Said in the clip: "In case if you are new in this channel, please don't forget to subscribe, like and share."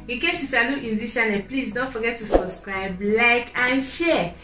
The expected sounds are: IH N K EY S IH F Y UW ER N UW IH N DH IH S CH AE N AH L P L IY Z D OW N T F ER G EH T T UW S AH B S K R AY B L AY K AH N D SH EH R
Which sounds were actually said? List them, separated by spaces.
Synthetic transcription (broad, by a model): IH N K EY S IH F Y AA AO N IH N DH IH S SH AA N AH P L IY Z D OW N T F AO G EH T T UW S AH B S K R AY B L AY K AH N SH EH